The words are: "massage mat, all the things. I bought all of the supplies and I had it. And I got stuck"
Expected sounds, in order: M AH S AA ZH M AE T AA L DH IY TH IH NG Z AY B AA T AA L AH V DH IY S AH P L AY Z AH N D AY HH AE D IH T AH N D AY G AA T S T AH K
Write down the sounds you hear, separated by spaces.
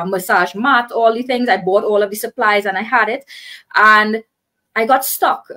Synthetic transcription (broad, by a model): M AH S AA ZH M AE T AA L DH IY TH IH NG Z AY B AA T AA L AH V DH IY S AH P L AY Z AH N AY HH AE D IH T AH N D AY G AA T S T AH K